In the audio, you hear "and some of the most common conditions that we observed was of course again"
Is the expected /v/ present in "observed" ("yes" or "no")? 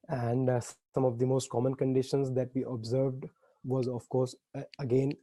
yes